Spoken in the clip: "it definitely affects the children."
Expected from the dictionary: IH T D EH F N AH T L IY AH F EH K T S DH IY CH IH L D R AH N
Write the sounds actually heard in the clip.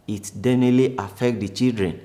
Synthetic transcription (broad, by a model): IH T D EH N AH L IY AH F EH K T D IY CH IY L D R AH N